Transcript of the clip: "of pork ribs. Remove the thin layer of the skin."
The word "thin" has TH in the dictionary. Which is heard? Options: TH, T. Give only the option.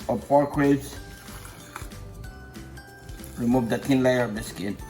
T